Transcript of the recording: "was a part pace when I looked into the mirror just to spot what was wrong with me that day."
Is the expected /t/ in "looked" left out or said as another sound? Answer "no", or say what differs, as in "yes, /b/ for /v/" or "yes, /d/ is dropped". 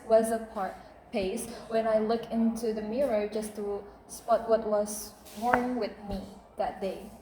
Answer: yes, /t/ is dropped